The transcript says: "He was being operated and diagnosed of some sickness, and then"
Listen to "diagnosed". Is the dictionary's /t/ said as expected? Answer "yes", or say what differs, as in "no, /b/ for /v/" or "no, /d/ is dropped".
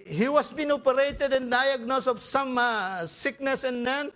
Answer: no, /t/ is dropped